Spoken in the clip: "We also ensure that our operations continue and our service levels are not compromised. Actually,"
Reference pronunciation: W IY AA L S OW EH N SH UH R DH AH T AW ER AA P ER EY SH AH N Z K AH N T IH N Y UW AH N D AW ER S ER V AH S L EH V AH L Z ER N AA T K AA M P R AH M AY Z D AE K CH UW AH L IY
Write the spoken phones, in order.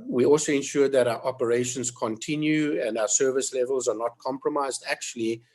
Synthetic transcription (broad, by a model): W IY AA L S OW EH N SH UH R DH AH T AW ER AA P ER EY SH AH N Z K AH N T IH N Y UW AH N D AW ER S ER V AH S L EH V AH L Z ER N AA T K AA M P R AH M AY Z D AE K CH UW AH L IY